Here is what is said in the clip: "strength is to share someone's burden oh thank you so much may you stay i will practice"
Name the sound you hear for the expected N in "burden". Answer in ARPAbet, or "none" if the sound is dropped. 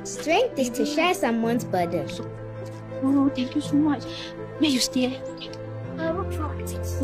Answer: none